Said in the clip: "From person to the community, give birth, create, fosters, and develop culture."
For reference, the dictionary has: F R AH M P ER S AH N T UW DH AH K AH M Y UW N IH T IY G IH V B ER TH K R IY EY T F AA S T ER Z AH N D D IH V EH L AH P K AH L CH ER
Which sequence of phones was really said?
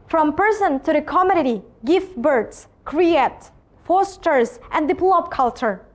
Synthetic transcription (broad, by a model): F R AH M P ER S AH N T UW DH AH K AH M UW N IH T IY G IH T B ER S K R IY EY T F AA S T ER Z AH N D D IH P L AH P K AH L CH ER